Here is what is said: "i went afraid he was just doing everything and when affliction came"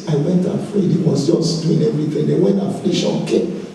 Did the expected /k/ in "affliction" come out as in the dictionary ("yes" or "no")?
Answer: no